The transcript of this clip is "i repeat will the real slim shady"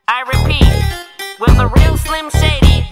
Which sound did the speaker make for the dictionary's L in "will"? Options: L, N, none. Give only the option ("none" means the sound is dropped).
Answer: N